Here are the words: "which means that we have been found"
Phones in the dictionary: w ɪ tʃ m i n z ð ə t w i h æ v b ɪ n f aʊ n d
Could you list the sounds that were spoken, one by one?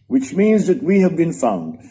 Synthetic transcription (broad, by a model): w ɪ tʃ m i n z ð ə t w i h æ v b ɪ n f aʊ n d